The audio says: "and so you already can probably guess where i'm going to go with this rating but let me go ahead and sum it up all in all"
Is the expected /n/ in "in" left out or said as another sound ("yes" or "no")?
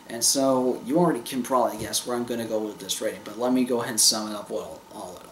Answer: yes